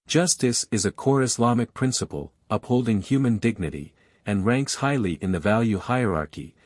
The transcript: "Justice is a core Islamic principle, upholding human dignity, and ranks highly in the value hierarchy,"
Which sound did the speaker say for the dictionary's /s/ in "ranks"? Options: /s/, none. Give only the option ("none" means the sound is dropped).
/s/